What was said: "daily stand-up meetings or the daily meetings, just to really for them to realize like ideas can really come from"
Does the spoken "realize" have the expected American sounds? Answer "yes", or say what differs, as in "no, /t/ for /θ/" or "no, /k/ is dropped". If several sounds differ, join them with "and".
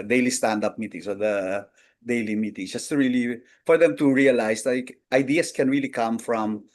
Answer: no, /s/ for /z/